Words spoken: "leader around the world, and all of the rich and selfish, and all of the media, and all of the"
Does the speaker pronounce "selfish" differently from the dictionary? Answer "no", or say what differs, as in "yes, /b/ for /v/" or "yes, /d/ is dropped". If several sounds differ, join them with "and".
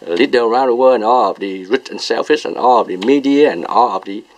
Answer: yes, /s/ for /ʃ/